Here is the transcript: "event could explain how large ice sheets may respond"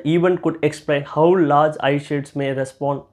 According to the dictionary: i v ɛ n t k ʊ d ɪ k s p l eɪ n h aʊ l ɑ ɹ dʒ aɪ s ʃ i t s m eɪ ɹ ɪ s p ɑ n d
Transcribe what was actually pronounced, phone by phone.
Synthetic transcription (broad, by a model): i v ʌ n k ʊ d ɪ k s p l eɪ n h aʊ l ɑ ɹ dʒ aɪ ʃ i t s m eɪ ɹ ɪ s p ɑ n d